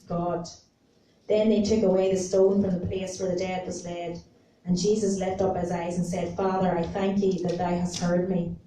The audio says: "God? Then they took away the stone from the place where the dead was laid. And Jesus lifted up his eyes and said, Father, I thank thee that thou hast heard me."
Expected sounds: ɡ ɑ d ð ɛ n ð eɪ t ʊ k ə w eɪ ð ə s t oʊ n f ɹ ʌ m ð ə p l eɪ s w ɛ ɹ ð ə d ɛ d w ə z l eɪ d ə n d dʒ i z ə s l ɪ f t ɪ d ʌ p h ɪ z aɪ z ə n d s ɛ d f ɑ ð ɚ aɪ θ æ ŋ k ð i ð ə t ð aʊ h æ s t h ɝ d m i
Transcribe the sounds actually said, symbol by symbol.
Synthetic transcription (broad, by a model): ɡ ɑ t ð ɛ n ð eɪ t ʊ k ə w eɪ ð ə s t oʊ n f ɹ ʌ m ð ə p l eɪ s w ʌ ɹ ð ə d ɛ d w ə z l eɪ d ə n dʒ i z ə s l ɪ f t ʌ p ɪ z aɪ z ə n s ɛ d f ɑ ð ɚ aɪ θ æ ŋ k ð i ð ə t ð aʊ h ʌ s t h ɝ d m i